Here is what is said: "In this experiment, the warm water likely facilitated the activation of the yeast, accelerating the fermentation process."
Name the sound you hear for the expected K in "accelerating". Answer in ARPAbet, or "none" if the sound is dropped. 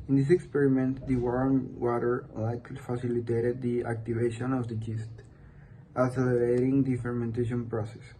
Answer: none